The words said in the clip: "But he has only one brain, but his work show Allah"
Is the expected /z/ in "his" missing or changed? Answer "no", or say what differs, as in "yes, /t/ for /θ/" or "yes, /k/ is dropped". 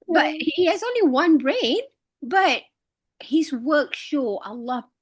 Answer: no